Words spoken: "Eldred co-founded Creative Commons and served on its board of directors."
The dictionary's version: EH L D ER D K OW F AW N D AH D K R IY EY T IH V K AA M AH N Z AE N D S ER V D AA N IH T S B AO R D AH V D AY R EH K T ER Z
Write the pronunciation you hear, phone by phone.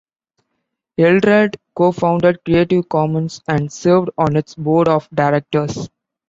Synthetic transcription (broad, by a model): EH L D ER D K OW F AW N D AH D K R IY EY T IH V K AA M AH N S AE N D S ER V D AA N IH T S B AO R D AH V D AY R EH K T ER S